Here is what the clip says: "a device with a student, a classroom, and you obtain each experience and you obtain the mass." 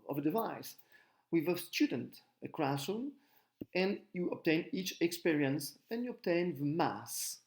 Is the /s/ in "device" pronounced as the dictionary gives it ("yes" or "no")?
yes